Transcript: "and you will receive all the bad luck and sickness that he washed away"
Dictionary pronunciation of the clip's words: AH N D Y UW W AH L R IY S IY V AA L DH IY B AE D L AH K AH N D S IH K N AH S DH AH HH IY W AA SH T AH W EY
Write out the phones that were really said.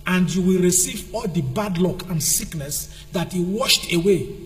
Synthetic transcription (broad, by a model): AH N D Y UW W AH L R IY S IY V AA L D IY B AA D L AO K AH N D S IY K N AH S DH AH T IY W AA SH T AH W EY